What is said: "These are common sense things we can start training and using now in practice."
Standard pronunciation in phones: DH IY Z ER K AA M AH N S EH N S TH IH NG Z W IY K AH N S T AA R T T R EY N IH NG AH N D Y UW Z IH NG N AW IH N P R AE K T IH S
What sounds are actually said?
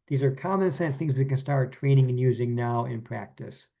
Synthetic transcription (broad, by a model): DH IY Z ER K AA M AH N S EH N TH IH NG Z W IY K AH N S T AA R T T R EY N IH NG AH N Y UW Z IH NG N AW IH N P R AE K T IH S